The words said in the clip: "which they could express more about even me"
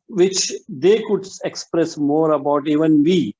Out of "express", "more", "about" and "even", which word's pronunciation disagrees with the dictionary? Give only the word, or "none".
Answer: none